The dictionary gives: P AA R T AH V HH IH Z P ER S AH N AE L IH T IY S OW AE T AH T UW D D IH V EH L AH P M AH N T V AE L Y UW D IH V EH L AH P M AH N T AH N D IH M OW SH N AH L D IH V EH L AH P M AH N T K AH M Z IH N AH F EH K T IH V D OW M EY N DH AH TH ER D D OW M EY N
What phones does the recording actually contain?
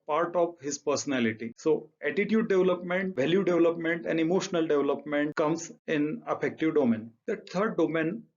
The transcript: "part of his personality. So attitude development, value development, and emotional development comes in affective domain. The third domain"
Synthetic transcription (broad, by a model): P AA R T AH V HH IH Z P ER S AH N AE L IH T IY S OW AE T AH T UW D D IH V L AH P M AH N T V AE L Y UW D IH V L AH P M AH N T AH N D IH M OW SH N AH L D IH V L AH P M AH N T K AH M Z IH N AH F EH K T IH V D OW M EY N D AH T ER D D OW M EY N